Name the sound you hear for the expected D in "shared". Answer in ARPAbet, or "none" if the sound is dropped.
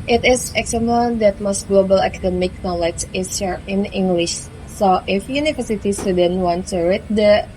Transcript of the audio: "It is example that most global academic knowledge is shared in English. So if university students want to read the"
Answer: none